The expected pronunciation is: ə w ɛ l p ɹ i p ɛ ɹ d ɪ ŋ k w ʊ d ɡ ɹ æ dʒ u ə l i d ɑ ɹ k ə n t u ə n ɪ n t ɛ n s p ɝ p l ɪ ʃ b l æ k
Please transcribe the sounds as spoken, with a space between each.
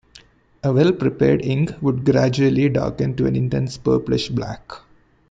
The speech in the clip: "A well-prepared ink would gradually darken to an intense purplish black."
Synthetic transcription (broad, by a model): ə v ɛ l p ɹ i p ɛ ɹ d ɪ ŋ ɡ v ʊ d ɡ ɹ æ dʒ u ə l i d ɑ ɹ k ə n t u ə n ɪ n t ɛ n s p ɝ p l ɪ ʃ b l æ k